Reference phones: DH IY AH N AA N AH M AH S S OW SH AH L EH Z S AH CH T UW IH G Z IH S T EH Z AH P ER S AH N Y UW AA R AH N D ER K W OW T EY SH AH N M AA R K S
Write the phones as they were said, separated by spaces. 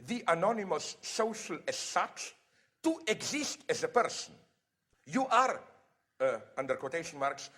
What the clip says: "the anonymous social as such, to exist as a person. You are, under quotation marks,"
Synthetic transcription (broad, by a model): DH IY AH N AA N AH M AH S S OW SH AH L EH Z S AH CH T UW IH G Z IH S T EH Z AH P ER S AH N Y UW AA R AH N D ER K W OW T EY SH AH N M AA R K S